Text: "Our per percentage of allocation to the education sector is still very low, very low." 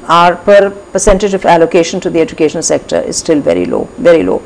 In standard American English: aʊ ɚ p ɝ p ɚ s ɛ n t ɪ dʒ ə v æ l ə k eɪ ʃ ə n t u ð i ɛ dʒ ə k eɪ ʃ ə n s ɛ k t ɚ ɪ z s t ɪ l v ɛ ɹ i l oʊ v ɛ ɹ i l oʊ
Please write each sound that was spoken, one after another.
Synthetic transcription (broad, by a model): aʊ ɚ p ɝ p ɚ s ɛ n t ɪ dʒ ə v æ l ə k eɪ ʃ ə n t u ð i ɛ dʒ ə k eɪ ʃ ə n s ɛ k t ɚ ɪ z s t ɪ l v ɛ ɹ i l oʊ v ɛ ɹ i l oʊ